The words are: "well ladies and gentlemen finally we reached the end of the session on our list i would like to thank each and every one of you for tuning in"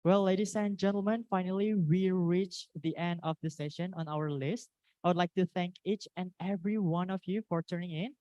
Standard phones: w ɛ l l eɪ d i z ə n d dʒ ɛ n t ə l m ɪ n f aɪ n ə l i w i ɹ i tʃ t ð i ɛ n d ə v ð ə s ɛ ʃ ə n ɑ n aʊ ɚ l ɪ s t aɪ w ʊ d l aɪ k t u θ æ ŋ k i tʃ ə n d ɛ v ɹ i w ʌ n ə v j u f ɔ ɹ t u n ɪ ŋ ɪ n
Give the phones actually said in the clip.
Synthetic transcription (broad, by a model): w ɛ l l eɪ d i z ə n dʒ ɛ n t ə l m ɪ n f aɪ n ə l i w i ɹ i tʃ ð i ɛ n d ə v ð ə s ɛ ʃ ə n ɑ n aʊ ɚ l ɪ s t aɪ w ʊ d l aɪ k t u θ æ ŋ k i tʃ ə n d ɛ v ɹ i w ʌ n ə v j u f ɔ ɹ t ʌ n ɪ ŋ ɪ n